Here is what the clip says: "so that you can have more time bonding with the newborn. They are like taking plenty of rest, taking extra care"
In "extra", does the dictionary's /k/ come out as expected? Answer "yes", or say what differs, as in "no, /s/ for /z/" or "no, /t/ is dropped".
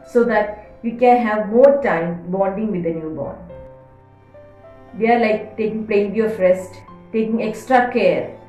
yes